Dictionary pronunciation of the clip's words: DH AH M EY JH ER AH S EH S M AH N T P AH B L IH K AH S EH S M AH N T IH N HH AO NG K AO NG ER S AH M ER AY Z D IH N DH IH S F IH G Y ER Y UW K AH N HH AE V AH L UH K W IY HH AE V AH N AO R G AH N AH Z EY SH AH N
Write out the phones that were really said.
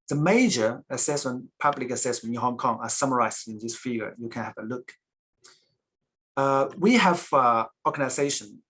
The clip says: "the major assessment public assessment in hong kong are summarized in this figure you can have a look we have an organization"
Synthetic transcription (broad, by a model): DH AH M EY JH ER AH S EH S M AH N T P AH B L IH K AH S EH S M AH N T IH N HH AO NG K AO NG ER S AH M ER AY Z IH N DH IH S F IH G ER Y UW K AH N HH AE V AH L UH K W IY HH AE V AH AO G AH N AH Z EY SH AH N